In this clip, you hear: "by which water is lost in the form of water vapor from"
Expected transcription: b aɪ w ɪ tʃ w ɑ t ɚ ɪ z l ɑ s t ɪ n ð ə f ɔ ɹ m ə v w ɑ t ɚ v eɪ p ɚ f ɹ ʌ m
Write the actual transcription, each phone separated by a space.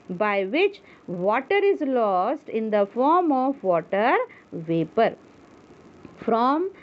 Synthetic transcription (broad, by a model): b aɪ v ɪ tʃ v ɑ t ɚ ɪ z l ɑ s t ɪ n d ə f ɔ ɹ m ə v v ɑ t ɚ v eɪ p ɚ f ɹ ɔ m